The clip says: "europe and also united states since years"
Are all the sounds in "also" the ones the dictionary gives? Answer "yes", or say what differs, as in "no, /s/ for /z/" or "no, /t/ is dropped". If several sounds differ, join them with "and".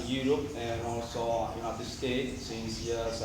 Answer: yes